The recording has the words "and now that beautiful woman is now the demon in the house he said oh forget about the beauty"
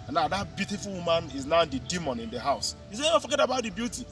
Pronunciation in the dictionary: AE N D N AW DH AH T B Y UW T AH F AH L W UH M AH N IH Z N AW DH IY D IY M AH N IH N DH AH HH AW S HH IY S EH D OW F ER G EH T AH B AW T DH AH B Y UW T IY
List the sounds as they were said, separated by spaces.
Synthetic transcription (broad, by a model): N N AW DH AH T B Y UW T AH F AH L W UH M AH N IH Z N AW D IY D IY M AH N IH N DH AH HH AW S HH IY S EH OW F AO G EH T AH B AW T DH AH B Y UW T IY